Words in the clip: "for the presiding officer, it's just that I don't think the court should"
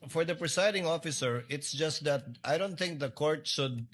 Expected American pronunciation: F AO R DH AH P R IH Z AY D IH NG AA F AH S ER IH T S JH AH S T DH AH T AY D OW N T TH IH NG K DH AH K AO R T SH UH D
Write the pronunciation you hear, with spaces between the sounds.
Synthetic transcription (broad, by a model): F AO R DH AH P R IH S AY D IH NG AA F AH S ER IH T S JH AH S T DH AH T AY D OW N T TH IH NG K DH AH K AO R T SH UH D